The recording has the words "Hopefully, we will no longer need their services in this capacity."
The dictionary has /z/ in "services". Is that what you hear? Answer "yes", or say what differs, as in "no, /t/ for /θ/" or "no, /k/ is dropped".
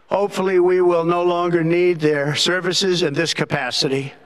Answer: yes